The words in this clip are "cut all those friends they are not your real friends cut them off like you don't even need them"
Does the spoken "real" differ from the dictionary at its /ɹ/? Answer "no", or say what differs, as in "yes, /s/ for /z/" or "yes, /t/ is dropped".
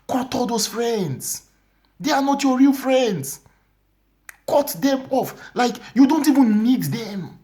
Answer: no